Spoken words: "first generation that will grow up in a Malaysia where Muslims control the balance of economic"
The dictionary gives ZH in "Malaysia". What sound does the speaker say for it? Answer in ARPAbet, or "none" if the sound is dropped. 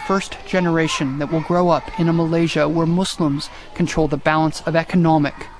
ZH